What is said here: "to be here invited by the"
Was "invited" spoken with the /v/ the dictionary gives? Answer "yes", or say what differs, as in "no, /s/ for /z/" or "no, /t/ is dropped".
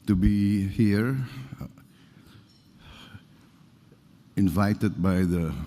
yes